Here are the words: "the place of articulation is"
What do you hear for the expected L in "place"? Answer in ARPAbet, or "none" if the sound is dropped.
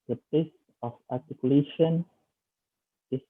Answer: none